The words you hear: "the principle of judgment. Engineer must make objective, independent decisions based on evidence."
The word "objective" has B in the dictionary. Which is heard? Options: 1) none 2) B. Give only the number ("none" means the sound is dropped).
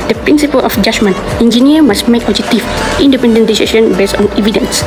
1